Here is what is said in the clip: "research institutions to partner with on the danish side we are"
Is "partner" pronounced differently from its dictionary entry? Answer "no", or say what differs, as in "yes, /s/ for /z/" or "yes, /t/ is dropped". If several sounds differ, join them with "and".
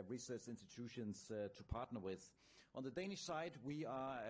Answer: no